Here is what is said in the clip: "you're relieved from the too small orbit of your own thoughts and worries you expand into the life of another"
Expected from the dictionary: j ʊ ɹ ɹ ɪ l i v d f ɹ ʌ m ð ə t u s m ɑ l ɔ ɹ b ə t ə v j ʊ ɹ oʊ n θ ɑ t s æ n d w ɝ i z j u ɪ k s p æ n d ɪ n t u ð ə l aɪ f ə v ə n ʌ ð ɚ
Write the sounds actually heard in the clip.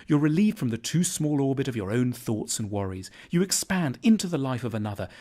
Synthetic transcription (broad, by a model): j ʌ ɹ ɹ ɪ l i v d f ɹ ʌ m ð ə t u s m ɑ l ɔ ɹ b ə t ə v j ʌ ɹ oʊ n θ ɑ t s n w ɝ i z j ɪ ɪ k s p æ n d ɪ n t u ð ə l aɪ f ə v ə n ʌ ð ɚ